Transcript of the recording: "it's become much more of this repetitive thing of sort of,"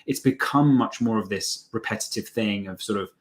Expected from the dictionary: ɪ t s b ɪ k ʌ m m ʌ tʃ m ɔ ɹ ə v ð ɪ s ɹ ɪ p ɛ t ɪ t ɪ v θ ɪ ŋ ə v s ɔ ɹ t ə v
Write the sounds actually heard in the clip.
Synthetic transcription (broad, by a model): ɪ t s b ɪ k ʌ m m ʌ tʃ m ɔ ɹ ə v ð ɪ s ɹ ɪ p ɛ t ɪ t ɪ v θ ɪ ŋ ə v s ɔ ɹ t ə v